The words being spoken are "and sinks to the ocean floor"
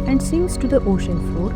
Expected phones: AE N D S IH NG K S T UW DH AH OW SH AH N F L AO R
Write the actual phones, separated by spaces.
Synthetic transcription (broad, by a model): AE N D S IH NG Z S T UW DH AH OW SH AH N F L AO R